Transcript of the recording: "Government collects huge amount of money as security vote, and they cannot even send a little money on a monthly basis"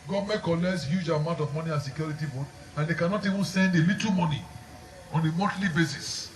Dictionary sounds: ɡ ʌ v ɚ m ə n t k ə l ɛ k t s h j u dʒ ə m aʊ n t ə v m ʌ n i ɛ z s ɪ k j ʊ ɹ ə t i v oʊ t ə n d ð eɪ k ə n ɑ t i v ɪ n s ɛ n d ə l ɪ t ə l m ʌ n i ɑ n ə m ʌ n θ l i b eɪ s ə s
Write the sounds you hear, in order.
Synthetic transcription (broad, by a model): ɡ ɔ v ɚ m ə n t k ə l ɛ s h j u dʒ ə m aʊ n t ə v m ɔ n i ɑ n s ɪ k j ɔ ɹ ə t i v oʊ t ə n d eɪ k ə n ɑ t i v ɪ n s ɛ n d ə l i t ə l m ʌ n i ɑ n ə m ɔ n t l i b eɪ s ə s